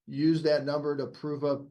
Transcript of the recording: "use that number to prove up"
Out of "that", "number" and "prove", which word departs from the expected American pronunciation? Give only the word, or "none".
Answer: none